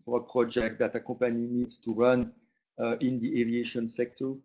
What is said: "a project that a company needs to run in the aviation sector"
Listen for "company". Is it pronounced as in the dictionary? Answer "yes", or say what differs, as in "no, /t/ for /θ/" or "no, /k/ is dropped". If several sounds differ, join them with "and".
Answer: no, /m/ is dropped